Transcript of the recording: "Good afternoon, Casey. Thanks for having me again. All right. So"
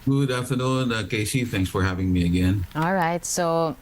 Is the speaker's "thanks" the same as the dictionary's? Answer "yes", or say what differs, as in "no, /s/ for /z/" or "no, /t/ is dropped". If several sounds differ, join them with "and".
yes